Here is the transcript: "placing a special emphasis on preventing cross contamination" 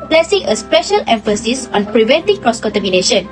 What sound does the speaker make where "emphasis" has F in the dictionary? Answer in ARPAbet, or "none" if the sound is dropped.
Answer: F